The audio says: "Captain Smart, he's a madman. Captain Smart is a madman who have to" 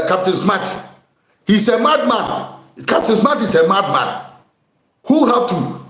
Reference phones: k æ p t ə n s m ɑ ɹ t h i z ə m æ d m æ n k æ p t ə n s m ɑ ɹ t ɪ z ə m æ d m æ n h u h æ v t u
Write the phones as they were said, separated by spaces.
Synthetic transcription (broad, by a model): k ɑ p t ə n s m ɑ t h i s ə m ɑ d m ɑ n k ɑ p t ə n s m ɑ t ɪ s ə m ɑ d m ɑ n h u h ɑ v t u